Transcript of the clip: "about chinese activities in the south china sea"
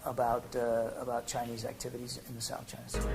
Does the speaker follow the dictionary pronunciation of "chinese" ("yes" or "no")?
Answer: yes